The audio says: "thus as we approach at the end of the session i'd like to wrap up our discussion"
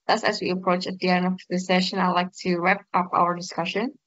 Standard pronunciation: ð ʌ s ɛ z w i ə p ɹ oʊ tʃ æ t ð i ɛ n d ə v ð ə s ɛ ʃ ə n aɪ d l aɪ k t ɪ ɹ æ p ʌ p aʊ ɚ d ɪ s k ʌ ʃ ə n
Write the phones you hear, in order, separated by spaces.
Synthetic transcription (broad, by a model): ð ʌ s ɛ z w i ə p ɹ oʊ tʃ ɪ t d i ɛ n ə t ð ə s ɛ ʃ ə n aɪ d l aɪ k t ɪ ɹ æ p ʌ p aʊ ɚ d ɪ s k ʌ ʃ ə n